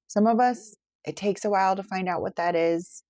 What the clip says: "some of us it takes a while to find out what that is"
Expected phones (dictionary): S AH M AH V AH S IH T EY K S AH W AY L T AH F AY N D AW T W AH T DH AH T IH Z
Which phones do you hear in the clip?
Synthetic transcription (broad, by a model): S AH M AH V AH S IH T EY K S AH W AY L T AH F AY N D AW T W AH T DH AH T IH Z